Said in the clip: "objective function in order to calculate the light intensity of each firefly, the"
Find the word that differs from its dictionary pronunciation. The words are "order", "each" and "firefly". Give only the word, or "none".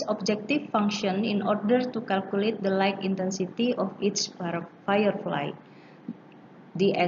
each